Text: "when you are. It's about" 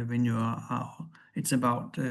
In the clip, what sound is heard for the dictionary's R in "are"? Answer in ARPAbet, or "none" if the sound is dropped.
L